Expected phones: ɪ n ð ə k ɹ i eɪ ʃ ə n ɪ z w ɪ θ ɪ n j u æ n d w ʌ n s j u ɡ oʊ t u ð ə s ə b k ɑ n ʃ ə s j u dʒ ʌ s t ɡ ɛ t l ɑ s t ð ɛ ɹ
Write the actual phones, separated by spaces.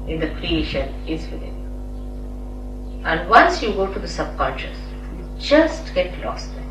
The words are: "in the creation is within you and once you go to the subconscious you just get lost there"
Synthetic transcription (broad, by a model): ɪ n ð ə k ɹ i eɪ ʃ ə n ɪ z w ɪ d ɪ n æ n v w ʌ n s j u ɡ oʊ t u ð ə s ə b k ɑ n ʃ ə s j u dʒ ʌ s t ɡ ɛ t l ɑ s t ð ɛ